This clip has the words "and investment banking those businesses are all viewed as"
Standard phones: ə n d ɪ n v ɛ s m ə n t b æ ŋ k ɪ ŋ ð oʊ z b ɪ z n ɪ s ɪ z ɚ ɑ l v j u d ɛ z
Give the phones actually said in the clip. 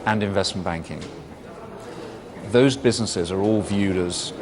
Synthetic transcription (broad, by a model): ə n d ɪ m v ɛ s m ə n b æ ŋ k ɪ ŋ ð oʊ z b ɪ z n ɪ s ɪ z ɚ ɑ l v j u d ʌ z